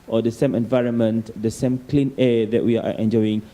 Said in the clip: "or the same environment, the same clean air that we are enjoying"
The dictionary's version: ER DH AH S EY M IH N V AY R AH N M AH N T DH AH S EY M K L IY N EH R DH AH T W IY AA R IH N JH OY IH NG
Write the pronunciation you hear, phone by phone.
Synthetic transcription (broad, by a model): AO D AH S EY M IH N V AY R AH N M AH N T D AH S EY M K L IY N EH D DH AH T W IY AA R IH N JH OY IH NG